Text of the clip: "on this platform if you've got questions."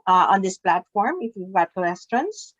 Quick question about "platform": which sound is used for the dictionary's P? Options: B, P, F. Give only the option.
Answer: P